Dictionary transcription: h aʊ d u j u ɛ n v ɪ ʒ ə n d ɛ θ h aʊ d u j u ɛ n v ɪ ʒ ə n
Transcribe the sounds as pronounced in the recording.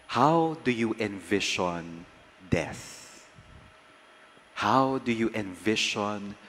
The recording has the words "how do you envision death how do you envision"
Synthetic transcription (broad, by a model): h aʊ d u j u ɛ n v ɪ ʃ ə n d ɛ s h aʊ d u j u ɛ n v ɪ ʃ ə n